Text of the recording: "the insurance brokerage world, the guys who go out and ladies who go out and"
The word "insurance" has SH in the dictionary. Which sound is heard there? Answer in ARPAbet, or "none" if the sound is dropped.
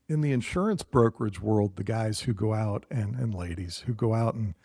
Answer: SH